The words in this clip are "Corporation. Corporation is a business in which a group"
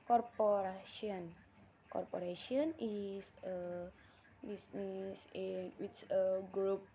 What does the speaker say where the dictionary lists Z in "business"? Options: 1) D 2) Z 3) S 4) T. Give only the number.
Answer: 3